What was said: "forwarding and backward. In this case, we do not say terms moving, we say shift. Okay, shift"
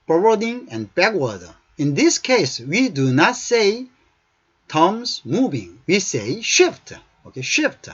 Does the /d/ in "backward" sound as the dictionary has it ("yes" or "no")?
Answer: no